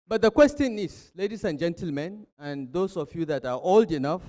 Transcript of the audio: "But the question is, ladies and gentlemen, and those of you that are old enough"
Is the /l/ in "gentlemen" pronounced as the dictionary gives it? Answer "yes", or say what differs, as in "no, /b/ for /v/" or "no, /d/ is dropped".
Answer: yes